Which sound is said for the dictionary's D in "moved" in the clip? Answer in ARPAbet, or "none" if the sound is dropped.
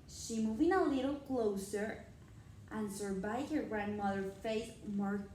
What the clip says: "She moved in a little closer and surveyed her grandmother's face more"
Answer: none